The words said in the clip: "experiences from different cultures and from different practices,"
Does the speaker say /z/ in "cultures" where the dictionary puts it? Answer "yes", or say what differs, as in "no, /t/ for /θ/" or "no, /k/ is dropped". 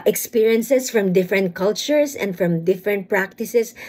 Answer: no, /s/ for /z/